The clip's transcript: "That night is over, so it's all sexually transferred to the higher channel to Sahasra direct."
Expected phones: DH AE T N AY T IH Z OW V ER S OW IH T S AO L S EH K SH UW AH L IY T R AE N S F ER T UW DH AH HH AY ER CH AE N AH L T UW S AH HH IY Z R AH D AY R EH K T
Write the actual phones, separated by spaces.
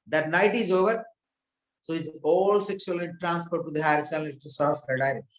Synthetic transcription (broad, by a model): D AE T N AY T IH Z OW V ER S OW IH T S AO L S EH K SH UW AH L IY T R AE N S P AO T UW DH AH HH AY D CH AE L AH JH T UW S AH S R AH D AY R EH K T